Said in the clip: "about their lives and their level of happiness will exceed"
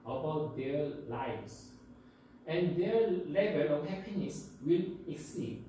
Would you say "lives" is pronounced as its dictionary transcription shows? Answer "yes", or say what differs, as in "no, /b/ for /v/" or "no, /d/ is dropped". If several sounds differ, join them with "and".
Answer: no, /s/ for /z/